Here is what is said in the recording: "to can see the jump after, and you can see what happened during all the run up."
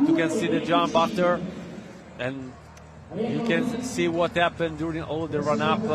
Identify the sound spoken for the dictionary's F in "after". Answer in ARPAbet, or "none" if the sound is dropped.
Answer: none